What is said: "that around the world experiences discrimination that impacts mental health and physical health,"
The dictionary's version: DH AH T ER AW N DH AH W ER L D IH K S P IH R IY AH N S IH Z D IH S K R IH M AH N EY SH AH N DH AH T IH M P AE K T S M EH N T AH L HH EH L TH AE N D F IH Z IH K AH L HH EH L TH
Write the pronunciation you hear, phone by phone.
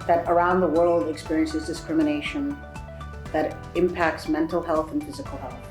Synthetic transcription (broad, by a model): DH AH T ER AW N DH AH W ER L D IH K S P IH R IY AH N S IH Z D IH S K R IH M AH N EY SH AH N DH AH T IH M P AE K T S M EH N T L HH EH L TH N F IH Z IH K L HH EH L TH